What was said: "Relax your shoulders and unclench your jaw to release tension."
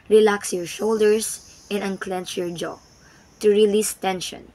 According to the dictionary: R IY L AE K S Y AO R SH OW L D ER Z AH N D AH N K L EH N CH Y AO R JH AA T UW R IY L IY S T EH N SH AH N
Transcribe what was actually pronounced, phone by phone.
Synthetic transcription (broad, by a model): R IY L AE K S Y AO R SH OW L D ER S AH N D AH N K L EH N CH Y AO R JH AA T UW R IY L IY S T EH N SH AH N